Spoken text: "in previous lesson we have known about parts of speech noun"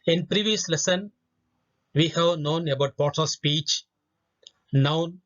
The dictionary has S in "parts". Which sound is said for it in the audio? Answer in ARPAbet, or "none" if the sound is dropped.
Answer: none